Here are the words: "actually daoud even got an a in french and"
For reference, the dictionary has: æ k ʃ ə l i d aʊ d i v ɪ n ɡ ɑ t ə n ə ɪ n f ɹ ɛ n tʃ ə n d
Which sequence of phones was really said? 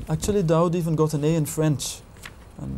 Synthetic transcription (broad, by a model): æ k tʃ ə l i d aʊ d i v ɪ n ɡ ɑ t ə n ə ɪ n f ɹ ɛ n tʃ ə n